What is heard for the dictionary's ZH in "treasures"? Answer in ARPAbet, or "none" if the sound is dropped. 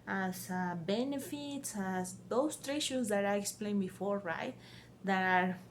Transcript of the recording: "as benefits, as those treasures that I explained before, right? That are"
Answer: SH